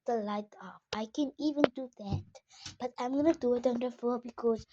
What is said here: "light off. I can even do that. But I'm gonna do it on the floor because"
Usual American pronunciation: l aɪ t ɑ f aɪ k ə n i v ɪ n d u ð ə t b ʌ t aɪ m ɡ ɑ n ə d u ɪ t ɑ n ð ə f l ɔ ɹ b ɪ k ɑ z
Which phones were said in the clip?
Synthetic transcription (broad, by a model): l aɪ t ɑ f aɪ k ə n i v ɪ n d u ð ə t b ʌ t aɪ m ɡ ɑ n ə d u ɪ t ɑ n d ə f ɔ b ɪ k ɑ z